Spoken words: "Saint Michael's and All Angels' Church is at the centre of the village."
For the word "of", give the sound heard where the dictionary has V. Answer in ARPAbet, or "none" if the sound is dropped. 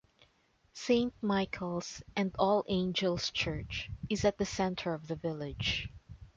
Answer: V